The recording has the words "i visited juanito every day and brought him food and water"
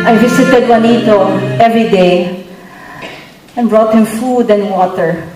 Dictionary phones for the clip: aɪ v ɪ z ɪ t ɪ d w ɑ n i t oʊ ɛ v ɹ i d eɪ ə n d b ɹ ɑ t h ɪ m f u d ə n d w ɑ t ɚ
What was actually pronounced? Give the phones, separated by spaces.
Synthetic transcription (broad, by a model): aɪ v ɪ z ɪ t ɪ d w ɑ n i t oʊ ɛ v ɹ i d eɪ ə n b ɹ ɑ t h ɪ m f u d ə n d w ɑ t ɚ